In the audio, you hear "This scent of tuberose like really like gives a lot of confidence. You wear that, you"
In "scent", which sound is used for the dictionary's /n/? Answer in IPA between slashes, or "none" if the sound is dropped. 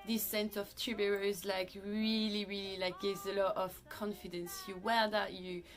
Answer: /n/